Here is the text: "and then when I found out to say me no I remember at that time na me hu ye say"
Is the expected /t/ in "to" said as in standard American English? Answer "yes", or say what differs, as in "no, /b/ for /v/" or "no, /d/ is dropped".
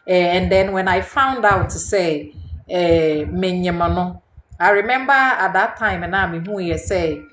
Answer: no, /s/ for /t/